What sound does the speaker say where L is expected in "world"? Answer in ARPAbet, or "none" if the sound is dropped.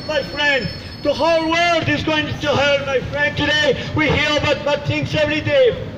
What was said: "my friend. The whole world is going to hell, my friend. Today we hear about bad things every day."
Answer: L